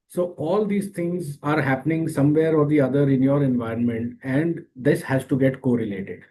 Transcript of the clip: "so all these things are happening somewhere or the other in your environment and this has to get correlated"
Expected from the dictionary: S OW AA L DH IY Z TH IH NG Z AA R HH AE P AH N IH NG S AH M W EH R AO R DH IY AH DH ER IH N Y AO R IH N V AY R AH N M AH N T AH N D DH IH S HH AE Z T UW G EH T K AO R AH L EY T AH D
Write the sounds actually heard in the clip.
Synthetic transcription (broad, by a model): S OW AA L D IY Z T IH NG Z AA R HH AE P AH N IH NG S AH M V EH R AO R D IY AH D ER IH N Y AO R IH N V AY R AH N M AH N T AH N D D IH S HH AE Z T UW G EH T K AO R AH L EY T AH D